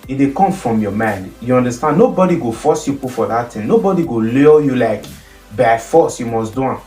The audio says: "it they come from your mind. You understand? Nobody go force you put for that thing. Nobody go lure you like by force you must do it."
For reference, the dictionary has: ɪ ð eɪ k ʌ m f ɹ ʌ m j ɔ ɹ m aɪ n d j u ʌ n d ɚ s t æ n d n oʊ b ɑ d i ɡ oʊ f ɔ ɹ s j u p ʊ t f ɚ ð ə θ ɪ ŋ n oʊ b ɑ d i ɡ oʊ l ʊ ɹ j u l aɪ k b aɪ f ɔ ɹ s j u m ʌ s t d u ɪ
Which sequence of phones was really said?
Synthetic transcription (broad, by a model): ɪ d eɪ k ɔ m f ɹ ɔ m j ɔ m aɪ n d j u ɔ n d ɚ s t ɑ n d n oʊ b ɑ d i ɡ oʊ f ɔ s j u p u f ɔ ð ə t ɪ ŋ n oʊ b ɑ d i ɡ oʊ l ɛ j u l aɪ k b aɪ f ɔ s j u m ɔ s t d u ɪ